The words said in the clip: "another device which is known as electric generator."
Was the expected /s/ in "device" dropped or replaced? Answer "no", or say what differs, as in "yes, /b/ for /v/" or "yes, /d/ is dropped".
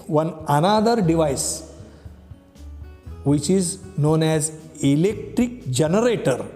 no